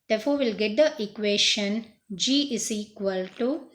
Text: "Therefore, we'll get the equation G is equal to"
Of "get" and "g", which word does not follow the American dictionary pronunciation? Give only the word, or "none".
none